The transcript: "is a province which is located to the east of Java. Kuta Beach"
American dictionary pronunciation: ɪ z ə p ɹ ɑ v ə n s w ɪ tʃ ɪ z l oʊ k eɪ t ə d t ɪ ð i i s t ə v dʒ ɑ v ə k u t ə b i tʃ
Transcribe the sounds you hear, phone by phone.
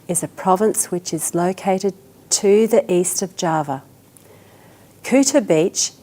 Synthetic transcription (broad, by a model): ɪ z ə p ɹ ɑ v ə n s w ɪ tʃ ɪ z l oʊ k eɪ t ə d t ɪ ð i i s t ə v dʒ ɑ v ə k u t ə b i tʃ